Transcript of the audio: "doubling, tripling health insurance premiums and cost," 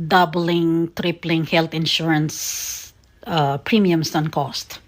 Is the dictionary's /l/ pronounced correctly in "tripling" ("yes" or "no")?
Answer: yes